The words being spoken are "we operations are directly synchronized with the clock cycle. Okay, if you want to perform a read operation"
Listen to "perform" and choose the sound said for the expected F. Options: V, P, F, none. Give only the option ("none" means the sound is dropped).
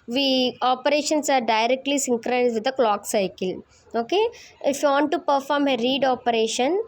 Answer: F